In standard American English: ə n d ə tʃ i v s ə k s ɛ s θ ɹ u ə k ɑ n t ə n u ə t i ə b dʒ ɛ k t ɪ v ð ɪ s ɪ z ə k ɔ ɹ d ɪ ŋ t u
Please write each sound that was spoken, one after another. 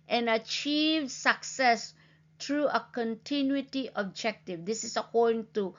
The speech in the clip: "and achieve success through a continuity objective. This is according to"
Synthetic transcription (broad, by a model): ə n ə tʃ i v s ə k s ɛ s t ɹ u ə k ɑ n t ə n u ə t i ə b dʒ ɛ k t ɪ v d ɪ s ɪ s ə k ɔ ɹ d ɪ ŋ t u